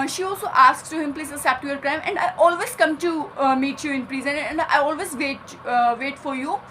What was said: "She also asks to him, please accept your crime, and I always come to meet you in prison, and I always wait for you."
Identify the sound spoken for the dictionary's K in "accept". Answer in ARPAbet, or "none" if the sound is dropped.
none